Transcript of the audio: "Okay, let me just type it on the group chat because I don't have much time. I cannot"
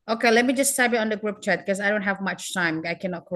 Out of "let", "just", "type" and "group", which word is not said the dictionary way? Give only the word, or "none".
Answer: type